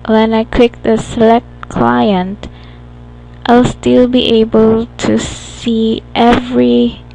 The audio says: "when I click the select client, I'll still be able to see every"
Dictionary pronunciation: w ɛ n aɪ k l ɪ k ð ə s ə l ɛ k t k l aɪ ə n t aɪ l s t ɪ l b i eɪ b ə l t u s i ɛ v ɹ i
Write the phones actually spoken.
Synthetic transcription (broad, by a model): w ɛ n aɪ k w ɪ k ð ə s ə l ɛ k t k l aɪ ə n t aɪ l s t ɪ l b i eɪ b ə l t u s i ɛ v ɹ i